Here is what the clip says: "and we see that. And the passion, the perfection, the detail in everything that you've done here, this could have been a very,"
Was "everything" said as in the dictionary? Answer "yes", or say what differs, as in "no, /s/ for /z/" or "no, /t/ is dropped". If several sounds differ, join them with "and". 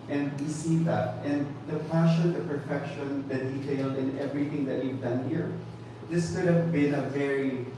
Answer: yes